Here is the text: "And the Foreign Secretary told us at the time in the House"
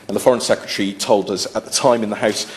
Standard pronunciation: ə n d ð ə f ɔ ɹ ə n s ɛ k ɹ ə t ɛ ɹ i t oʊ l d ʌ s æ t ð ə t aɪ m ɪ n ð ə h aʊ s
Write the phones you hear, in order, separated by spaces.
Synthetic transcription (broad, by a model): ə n ð ə f ɔ ɹ ə n s ɛ k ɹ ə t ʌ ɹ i t oʊ l d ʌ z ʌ t ð ə t aɪ m ɪ n ð ə h aʊ s